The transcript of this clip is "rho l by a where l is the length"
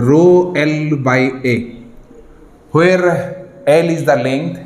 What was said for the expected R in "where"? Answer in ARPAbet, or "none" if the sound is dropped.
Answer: R